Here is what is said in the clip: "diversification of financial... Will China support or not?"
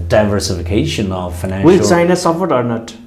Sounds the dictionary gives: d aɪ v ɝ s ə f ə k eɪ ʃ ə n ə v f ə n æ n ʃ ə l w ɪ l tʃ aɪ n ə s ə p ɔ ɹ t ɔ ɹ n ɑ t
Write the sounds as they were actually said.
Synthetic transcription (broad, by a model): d aɪ v ɝ s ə f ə k eɪ ʃ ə n ə v f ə ɪ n ə w ɪ l s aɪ n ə s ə f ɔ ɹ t ɔ ɹ n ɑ t